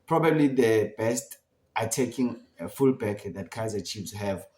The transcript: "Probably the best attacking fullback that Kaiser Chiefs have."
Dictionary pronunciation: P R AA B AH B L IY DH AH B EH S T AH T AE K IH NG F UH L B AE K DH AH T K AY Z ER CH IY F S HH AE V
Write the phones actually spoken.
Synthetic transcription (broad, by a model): P R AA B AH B L IY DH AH B EH S T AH T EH K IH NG F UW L B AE K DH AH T K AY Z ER CH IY P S HH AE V